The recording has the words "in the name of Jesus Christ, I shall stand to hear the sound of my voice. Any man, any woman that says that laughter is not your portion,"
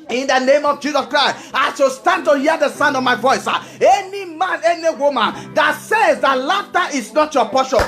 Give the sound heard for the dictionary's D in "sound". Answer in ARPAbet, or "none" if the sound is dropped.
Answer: D